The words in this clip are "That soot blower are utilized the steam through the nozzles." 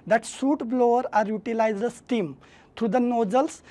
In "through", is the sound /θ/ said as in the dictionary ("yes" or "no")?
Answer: no